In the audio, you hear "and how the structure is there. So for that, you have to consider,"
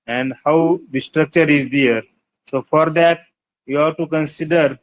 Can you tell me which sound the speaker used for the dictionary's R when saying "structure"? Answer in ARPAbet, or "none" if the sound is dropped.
R